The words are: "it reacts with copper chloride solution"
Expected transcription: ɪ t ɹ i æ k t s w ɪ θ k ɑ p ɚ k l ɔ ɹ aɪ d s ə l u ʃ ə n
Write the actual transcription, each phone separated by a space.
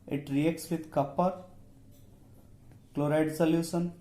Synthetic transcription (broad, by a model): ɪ t ɹ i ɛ k t s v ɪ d k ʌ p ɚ k l ɔ ɹ aɪ d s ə l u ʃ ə n